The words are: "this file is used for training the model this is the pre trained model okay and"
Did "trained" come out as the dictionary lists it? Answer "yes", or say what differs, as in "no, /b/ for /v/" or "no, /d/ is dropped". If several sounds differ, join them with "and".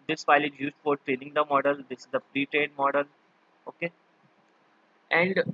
no, /n/ is dropped